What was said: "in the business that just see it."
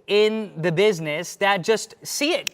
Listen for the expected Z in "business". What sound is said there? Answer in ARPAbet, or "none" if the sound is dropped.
Z